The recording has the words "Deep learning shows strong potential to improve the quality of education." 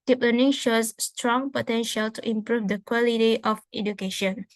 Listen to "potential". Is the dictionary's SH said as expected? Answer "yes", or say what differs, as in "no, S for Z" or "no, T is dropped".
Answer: yes